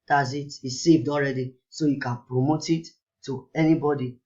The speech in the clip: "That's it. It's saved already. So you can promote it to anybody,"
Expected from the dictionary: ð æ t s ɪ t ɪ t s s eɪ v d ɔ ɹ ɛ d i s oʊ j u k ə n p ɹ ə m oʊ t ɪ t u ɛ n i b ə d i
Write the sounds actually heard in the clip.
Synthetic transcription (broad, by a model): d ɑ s ɪ t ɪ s s eɪ v d ɔ ɹ ɛ d i s oʊ j u k ə n p ɹ ə m oʊ t ɪ t u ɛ n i b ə d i